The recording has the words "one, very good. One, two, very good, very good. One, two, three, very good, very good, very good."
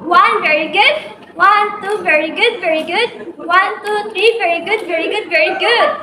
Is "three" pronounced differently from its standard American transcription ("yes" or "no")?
yes